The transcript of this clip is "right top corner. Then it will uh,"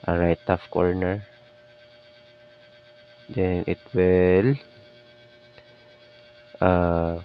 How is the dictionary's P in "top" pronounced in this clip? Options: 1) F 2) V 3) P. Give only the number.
1